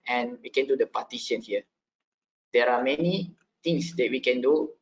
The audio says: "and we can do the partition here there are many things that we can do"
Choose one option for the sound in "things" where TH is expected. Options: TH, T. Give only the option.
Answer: T